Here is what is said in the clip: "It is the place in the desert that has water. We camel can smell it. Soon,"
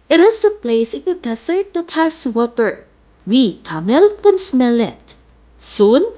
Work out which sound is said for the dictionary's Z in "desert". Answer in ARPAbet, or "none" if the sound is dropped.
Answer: S